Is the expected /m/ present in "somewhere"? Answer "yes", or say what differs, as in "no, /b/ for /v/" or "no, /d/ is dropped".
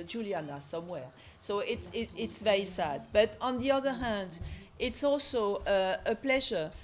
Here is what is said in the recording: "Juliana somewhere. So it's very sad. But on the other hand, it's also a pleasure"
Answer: yes